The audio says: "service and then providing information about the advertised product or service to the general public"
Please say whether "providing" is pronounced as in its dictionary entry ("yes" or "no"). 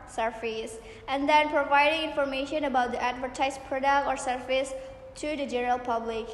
yes